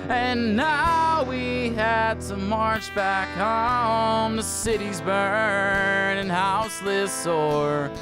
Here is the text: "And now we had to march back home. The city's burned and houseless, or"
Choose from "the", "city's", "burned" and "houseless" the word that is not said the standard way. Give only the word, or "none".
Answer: burned